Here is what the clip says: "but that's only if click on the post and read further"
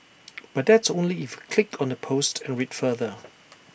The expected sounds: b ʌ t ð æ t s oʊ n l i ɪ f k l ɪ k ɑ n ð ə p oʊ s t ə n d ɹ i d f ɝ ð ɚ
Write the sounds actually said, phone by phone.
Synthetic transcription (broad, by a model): b ʌ t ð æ t s oʊ n l i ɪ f k l ɪ k ɑ n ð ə p oʊ s t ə n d ɹ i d f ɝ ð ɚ